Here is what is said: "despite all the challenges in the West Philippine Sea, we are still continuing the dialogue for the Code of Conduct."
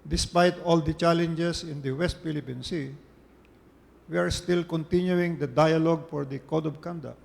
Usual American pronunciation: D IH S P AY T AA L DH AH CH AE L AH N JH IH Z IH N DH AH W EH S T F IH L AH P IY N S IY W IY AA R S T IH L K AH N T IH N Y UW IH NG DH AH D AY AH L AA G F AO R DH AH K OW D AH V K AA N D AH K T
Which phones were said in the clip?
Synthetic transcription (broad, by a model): D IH S P AY T AA L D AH CH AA L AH N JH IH S IH N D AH W EH S T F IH L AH P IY N S IY W IY AA R S T IH L K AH N T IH N Y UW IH NG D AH D AY AH L AA G F AO R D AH K OW D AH B K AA N D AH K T